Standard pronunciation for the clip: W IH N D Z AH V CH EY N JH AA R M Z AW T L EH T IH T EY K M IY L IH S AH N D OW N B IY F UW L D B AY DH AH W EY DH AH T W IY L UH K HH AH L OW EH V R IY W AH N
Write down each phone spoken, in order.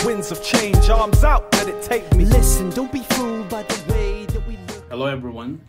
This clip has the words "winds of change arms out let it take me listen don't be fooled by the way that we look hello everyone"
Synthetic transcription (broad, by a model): W IH N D Z AH V CH EY N JH AA R M Z AW T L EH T IH T EY K M IY L IH S AH N D OW N B IY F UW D B AY DH AH W EY DH AH T W IY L HH AH L OW EH V R IY W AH N